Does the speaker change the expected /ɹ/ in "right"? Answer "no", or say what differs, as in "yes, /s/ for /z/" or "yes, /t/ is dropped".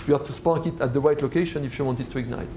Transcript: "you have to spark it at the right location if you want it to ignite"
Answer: yes, /w/ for /ɹ/